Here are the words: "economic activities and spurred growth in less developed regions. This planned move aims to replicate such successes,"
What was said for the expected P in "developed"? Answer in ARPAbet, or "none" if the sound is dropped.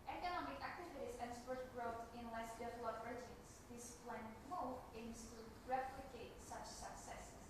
none